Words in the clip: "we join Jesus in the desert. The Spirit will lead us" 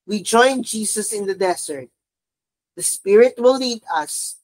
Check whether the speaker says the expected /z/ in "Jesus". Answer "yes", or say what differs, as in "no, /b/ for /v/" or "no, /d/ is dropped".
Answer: no, /s/ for /z/